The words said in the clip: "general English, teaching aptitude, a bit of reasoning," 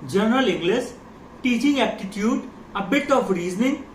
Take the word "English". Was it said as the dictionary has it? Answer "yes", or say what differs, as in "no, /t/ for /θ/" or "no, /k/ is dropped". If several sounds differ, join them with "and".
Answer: no, /s/ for /ʃ/